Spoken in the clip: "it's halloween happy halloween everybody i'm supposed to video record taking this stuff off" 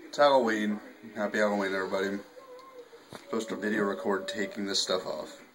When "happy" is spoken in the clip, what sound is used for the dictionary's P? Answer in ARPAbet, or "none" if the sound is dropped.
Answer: B